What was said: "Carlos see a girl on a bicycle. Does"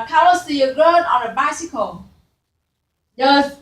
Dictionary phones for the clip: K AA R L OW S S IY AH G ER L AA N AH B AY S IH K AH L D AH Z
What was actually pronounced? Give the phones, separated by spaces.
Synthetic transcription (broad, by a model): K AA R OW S S IY AH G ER N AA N AH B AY S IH K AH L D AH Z